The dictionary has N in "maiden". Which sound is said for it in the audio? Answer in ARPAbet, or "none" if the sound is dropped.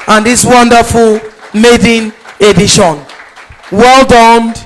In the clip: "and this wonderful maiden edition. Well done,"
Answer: N